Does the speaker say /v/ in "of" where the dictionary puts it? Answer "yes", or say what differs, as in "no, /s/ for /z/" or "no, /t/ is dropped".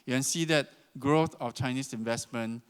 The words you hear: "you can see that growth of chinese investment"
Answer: no, /f/ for /v/